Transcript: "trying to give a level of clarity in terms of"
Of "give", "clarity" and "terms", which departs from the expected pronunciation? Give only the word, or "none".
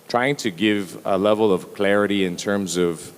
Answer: none